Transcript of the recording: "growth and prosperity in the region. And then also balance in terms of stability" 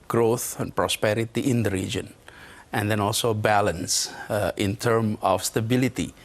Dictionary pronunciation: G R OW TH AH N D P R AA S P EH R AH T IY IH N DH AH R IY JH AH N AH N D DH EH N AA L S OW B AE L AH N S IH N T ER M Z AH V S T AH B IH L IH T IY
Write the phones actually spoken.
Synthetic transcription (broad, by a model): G R OW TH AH N P R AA S P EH R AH T IY IH N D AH R IY JH AH N AH N D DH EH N AA L S OW B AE L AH N S IH N T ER M AH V S T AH B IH L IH T IY